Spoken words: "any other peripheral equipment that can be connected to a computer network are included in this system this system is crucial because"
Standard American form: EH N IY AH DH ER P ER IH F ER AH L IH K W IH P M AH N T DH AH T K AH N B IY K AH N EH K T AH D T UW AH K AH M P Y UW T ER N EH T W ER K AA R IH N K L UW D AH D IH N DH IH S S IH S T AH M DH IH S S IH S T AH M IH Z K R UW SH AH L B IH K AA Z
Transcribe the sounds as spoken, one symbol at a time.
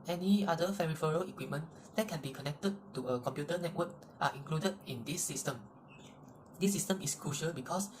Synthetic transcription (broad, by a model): EH N IY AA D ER F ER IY F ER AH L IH K W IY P M AH N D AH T K AH N B IY K AH N EH K T AH D T UW AH K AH M P Y UW T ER N EH T W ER K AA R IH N K L UW D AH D IH N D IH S S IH S T AH M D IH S S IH S T AH M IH S K R UW SH AH L B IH K AA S